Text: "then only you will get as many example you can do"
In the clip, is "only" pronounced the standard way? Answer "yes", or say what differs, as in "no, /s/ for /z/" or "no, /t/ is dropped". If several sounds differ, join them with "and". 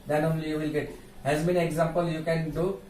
yes